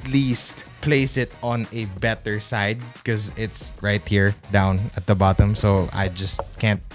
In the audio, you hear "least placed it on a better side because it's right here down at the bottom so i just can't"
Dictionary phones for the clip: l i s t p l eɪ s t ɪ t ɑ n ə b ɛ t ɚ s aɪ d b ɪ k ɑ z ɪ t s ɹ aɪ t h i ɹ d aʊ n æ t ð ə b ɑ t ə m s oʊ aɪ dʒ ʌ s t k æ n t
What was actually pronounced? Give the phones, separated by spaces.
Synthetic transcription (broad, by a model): l i s t p l eɪ s ɪ t ɑ n ə b ɛ t ɚ s aɪ d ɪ k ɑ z ɪ t s ɹ aɪ t h i ɹ d aʊ n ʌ t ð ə b ɑ t ə m s oʊ aɪ dʒ ʌ s t k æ n t